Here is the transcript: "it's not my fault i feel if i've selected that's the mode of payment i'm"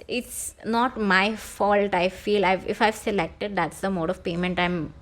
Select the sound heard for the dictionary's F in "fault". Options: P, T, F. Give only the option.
F